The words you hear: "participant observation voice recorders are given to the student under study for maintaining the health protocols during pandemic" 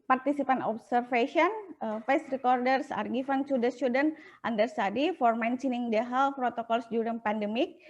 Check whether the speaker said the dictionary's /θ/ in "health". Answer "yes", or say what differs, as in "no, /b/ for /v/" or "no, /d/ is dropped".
no, /f/ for /θ/